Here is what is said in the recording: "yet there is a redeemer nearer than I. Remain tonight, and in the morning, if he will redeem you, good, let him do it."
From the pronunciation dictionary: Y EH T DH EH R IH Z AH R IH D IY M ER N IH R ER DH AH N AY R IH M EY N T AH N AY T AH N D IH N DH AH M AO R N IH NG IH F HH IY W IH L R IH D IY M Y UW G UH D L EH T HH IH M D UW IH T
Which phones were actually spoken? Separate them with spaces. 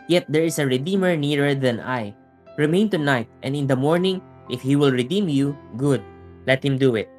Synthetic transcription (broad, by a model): Y EH T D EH R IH S AH R IH D IY M ER N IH R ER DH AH N AY R IH M EY N T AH N AY T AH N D IH N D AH M AO R N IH NG IH F HH IY W IH L R IH D IY M Y UW G UH D L EH T HH IH M D UW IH T